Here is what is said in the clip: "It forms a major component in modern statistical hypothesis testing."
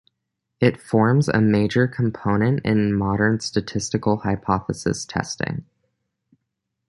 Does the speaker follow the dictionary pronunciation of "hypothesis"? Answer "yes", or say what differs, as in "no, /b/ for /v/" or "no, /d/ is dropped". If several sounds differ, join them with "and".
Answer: yes